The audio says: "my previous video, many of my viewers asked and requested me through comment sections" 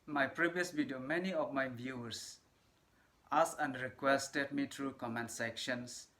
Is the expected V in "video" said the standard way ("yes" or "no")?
no